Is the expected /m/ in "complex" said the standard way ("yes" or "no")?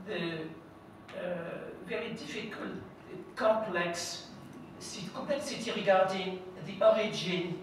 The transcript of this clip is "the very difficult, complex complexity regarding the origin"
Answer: no